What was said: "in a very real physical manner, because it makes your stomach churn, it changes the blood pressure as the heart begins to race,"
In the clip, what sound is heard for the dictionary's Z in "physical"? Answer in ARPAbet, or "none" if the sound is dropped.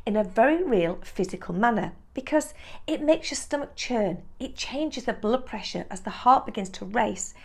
Z